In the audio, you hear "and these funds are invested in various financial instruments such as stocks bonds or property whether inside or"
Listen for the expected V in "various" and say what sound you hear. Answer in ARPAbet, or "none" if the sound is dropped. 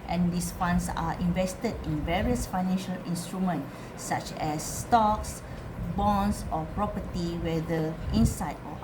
V